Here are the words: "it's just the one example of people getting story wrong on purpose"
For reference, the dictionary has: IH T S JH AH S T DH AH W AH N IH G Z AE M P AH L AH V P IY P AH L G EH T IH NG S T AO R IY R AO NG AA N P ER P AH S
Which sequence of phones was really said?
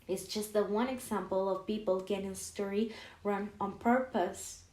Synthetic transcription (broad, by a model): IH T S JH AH S T DH AH W AH N IH G Z AE M P AH L AH V P IY P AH L G EH T IH NG S T AO R IY R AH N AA N P ER P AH S